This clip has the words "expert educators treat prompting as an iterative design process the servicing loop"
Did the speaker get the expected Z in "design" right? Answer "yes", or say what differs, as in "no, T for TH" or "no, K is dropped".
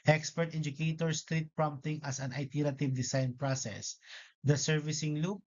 no, S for Z